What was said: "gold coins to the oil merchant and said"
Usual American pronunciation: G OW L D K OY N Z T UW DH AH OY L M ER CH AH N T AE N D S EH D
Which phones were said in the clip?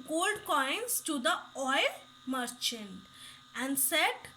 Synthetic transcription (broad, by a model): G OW L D K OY N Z T UW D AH OY L M ER CH AH N T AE N D S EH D